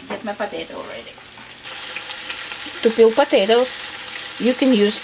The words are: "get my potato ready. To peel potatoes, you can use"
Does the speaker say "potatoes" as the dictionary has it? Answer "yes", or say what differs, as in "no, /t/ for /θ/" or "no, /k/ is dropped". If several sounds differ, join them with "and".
no, /s/ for /z/